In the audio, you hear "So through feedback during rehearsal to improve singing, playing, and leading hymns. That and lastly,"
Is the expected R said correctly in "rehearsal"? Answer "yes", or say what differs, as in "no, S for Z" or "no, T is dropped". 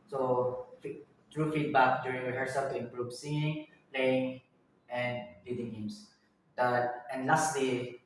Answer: no, W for R